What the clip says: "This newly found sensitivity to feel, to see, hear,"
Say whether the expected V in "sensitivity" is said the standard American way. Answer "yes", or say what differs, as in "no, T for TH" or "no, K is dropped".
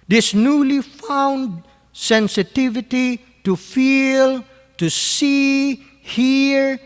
yes